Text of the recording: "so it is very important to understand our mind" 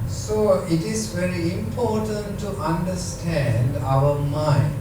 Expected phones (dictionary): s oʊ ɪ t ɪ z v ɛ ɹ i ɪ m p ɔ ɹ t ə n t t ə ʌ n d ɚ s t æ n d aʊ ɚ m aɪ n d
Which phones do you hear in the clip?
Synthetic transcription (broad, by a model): s oʊ ɪ t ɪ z v ɛ ɹ i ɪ m p ɔ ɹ t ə n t t ə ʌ n d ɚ s t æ n d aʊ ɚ m aɪ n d